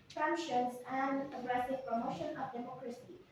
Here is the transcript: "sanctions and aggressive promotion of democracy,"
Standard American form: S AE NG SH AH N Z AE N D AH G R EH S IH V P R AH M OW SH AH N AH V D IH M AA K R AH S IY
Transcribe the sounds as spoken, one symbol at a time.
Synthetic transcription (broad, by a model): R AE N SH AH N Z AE N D AH G R EH S IH V P R AH M OW SH AH N AH V D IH M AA K R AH S IY